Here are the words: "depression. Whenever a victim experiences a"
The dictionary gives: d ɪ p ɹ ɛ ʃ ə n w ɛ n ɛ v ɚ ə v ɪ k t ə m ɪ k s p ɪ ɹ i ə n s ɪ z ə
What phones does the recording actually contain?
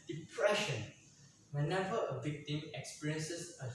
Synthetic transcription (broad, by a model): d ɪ p ɹ ɛ ʃ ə n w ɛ n ɛ v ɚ ə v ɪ k t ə m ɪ k s p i ɹ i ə n s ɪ s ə